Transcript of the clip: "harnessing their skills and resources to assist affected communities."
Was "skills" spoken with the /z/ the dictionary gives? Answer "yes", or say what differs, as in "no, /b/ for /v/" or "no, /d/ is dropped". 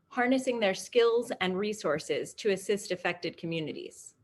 yes